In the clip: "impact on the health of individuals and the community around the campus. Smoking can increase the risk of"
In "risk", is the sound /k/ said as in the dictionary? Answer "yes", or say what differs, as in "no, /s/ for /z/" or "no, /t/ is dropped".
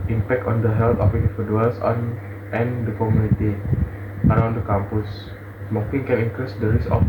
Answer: no, /k/ is dropped